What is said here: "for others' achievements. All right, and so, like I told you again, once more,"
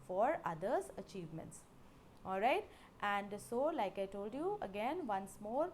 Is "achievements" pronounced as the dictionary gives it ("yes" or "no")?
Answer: yes